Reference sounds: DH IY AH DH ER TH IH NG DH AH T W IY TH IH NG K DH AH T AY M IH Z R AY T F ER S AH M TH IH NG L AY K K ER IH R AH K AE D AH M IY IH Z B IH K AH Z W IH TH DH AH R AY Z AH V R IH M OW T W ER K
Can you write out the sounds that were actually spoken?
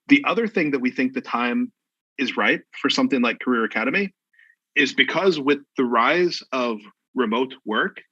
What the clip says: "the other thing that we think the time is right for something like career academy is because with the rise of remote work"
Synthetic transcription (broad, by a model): DH IY AH DH ER TH IH NG DH AH T W IY TH IH NG K DH AH T AY M IH Z R AY T F ER S AH M TH IH NG L AY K K ER IH R AH K AE D AH M IY IH Z B IH K AH Z W IH DH AH R AY Z AH V R IH M OW T W ER K